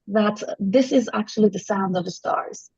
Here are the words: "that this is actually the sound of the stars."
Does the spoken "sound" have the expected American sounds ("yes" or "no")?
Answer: yes